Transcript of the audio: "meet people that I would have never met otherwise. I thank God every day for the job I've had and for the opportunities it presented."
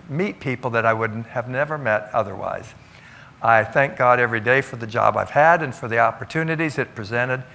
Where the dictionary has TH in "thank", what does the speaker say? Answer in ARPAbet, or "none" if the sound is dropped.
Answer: TH